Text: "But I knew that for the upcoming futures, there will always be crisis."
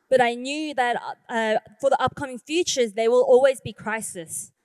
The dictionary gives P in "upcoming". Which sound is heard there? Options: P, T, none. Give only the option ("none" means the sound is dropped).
P